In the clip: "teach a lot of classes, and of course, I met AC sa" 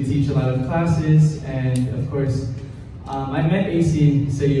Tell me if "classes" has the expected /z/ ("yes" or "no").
yes